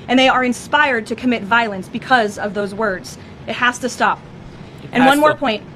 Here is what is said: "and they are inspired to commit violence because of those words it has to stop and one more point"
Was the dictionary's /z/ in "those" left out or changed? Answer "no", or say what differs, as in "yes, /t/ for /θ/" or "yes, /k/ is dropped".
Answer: no